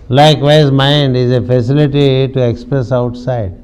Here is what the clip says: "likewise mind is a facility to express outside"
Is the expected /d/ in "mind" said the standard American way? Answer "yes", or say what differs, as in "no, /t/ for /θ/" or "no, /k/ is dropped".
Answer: yes